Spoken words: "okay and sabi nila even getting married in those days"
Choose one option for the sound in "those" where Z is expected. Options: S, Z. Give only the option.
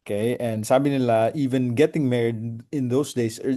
S